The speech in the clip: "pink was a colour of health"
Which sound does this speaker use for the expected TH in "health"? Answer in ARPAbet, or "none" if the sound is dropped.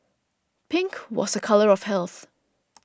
TH